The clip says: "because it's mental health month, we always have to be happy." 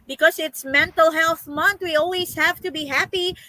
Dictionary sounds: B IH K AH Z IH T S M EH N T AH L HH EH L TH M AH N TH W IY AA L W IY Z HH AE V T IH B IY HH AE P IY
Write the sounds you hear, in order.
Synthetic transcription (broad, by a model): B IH K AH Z IH T S M EH N T AH L HH EH L TH M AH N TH W IY AA L W IY Z HH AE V T IH B IY HH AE P IY